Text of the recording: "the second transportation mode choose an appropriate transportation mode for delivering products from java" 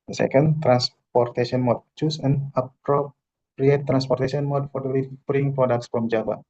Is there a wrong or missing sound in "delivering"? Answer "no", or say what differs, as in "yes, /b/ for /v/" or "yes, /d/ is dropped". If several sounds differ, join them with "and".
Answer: yes, /b/ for /v/